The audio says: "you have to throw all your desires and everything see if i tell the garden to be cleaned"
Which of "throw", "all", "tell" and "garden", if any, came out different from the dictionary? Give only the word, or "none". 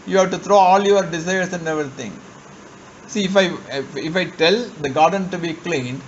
throw